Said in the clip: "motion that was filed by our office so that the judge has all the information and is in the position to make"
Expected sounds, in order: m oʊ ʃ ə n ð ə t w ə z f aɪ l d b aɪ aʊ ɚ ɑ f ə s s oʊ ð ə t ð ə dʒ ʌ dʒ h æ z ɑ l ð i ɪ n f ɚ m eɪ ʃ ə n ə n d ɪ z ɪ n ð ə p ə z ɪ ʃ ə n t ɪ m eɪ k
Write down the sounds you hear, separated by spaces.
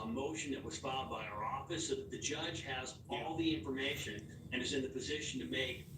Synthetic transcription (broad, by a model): m oʊ ʃ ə n ð ə t w ə z f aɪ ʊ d b aɪ aʊ ɚ ɑ f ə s s oʊ ð ə t ð ə dʒ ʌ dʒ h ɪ z ɑ l ð i ɪ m f ɚ m eɪ ʃ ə n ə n ɪ z ɪ n ð ə p ə z ɪ ʃ ə n t ɪ m eɪ k